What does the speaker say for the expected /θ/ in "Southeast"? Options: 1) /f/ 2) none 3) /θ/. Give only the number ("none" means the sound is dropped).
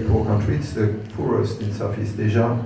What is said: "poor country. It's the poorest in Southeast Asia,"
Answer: 1